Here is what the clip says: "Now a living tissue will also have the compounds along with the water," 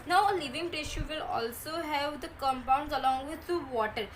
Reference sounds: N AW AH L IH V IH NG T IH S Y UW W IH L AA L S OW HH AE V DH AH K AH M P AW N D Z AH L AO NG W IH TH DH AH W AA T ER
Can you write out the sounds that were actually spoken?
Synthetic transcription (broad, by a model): N AW AH L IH V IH NG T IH SH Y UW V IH L AA L S OW HH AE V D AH K AH M P AW N D Z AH L AO NG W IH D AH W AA T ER